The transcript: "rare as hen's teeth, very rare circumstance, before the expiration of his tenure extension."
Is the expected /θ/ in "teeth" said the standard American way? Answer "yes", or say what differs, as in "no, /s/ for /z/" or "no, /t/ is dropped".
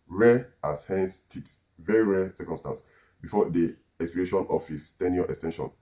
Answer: no, /s/ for /θ/